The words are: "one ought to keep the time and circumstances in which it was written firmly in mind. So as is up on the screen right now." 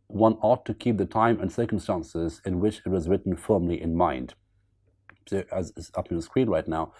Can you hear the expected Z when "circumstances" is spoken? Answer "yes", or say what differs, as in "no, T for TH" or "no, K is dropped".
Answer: yes